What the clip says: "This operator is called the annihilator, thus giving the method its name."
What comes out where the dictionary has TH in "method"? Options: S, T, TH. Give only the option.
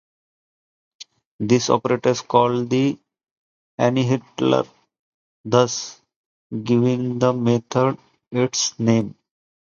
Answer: T